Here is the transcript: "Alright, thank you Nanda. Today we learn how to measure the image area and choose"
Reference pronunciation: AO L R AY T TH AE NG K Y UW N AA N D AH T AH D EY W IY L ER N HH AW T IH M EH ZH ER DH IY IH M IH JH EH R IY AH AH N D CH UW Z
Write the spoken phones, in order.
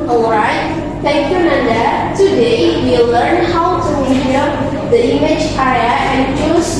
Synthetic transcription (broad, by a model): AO L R AY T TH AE NG K Y UW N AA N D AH T AH D EY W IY L ER N HH AW T IH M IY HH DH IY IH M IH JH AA IY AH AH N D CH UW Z